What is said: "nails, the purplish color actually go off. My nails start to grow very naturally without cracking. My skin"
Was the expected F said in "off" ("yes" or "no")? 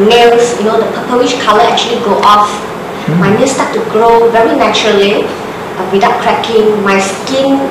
yes